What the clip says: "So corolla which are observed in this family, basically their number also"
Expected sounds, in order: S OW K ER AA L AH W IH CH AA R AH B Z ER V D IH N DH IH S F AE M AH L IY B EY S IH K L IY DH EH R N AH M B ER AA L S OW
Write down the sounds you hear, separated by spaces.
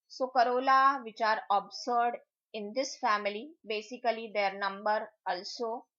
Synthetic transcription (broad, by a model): S OW K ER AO L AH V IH CH AA R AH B S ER D IH N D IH S F AE M AH L IY B EY S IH K L IY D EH R N AH M B ER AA L S OW